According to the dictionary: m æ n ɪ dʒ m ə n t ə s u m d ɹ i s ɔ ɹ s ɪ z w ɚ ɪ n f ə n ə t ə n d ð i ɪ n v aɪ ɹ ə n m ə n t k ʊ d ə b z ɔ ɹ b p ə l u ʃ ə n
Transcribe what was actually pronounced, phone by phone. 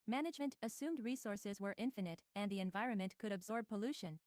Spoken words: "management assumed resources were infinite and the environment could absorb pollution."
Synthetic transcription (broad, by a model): m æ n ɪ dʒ m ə n t ə s u m d ɹ i s ɔ ɹ s ɪ z w ɚ ɪ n f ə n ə t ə n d ð i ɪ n v aɪ ɹ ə n m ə n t k ʊ d ə b z ɔ ɹ b p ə l u ʃ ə n